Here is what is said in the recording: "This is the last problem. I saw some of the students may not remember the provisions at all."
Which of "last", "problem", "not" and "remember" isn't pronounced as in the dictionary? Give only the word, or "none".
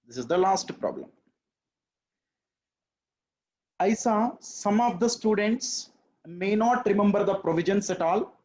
none